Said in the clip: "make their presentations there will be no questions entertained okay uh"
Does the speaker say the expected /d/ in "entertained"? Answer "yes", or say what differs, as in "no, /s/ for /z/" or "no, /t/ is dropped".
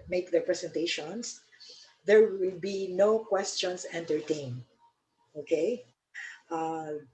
no, /d/ is dropped